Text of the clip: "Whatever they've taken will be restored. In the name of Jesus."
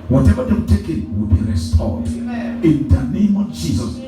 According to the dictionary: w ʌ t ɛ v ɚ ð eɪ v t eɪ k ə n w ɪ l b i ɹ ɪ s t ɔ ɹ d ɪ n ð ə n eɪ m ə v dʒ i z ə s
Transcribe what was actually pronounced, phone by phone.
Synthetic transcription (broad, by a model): w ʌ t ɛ v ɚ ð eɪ w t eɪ k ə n w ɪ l b i ɹ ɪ s t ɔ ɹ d ɪ n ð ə n eɪ m ə v dʒ i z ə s